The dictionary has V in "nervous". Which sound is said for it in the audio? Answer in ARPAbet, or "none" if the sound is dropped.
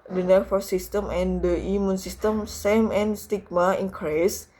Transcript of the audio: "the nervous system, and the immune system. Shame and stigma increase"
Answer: F